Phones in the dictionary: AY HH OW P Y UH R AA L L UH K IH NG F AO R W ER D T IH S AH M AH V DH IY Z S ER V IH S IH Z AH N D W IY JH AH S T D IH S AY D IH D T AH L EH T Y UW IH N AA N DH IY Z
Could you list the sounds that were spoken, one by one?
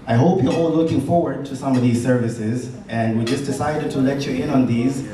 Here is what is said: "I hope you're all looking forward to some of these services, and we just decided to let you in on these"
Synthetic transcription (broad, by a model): AY HH OW P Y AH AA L L UH K IH NG F AO R W ER D T IH S AH M AH V DH IY Z S ER V IH S IH Z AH N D W IY JH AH S D IH S AY D IH D T AH L EH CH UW IH N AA N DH IY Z